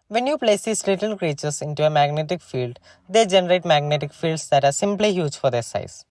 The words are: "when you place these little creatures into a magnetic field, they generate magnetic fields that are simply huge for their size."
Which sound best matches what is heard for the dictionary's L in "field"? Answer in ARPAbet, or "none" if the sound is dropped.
L